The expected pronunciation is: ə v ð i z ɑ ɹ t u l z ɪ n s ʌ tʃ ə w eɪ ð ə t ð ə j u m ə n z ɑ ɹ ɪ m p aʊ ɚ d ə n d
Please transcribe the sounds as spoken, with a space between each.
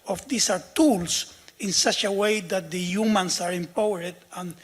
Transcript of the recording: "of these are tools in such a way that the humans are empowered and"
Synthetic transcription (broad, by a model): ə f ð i s ɑ ɹ t u l s ɪ n s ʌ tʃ ə w eɪ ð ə t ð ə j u m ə n s ɑ ɹ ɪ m p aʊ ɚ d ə n